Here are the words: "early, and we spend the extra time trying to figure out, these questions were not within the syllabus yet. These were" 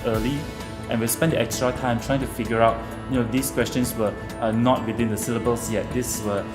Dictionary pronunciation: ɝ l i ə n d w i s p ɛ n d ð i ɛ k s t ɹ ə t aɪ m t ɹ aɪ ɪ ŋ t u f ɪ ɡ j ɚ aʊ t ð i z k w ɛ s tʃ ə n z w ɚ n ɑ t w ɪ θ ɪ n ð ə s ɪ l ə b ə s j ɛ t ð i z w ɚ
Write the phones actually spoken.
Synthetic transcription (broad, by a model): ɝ l i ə n w i s p ɛ n d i ɛ k s t ɹ ə t aɪ m t ɹ aɪ ɪ ŋ t u f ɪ ɡ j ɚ aʊ t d i s k w ɛ s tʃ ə n s w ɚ n ɑ t w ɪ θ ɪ n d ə s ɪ l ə b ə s j ɛ t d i s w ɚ